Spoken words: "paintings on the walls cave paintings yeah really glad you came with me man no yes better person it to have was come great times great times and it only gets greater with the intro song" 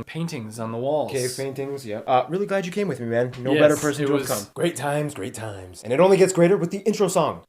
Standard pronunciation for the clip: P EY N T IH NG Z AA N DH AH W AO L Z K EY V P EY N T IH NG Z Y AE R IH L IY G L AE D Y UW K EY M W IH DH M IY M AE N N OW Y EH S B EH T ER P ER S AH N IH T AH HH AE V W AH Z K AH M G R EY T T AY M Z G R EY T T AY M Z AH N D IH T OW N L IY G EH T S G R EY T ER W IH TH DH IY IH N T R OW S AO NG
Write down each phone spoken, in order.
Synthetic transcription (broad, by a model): P EY N T IH NG Z N DH AH W AO L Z K EY V P EY N T IH NG Z Y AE R IH L IY G L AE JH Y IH K EY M W IH DH M IY M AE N N OW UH B EH T ER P ER S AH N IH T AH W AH K AH M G R EY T T AY M Z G R EY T T AY M Z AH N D IH T OW N L IY G EH T S G R EY T ER W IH DH IY IH N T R OW S AO NG